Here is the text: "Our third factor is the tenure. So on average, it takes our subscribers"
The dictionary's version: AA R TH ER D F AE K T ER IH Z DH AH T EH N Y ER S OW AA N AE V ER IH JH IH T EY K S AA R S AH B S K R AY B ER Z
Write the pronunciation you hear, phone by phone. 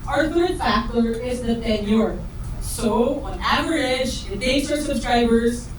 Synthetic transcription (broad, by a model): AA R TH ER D F AE K T ER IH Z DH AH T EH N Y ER S OW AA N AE V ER IH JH IH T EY S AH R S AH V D R AY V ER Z